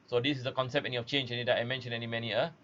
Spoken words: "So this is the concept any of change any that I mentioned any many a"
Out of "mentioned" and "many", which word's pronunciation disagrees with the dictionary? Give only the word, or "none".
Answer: mentioned